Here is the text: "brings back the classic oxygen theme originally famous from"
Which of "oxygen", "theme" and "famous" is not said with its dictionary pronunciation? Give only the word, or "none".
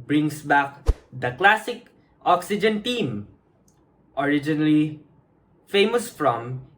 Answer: theme